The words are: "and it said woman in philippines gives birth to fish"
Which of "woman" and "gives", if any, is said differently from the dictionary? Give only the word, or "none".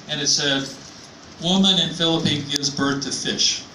none